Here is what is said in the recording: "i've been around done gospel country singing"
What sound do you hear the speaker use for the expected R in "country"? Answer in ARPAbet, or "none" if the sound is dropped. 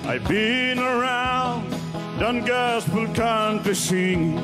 none